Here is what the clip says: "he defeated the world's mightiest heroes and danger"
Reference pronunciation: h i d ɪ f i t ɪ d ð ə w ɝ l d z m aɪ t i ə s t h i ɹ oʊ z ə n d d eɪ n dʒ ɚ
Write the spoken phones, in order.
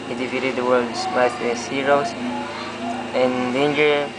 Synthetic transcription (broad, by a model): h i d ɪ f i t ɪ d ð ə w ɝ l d s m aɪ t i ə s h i ɹ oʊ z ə n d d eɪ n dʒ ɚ